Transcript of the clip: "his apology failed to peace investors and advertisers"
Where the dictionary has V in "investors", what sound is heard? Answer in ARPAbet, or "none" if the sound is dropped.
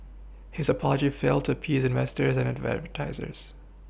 V